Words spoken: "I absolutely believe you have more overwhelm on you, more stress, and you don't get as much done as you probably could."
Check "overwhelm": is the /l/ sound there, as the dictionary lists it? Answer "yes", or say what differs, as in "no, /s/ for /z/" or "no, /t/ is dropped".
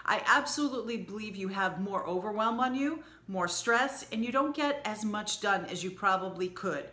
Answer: yes